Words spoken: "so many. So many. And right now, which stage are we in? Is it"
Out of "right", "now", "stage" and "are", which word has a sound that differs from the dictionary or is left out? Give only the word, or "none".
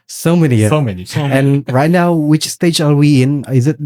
are